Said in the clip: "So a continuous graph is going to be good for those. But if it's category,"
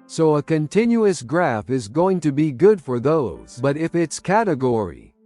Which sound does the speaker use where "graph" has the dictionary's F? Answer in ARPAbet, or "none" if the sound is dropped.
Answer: F